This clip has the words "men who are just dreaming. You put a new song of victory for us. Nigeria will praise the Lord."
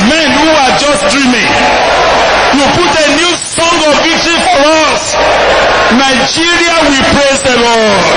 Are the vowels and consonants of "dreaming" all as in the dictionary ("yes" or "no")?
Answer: yes